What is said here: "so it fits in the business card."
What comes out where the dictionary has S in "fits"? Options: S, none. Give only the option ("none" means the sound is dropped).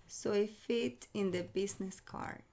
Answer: none